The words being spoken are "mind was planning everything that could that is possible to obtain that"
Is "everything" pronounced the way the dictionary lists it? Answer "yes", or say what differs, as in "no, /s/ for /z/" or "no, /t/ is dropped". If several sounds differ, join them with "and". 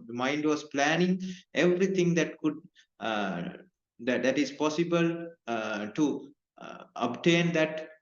no, /t/ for /θ/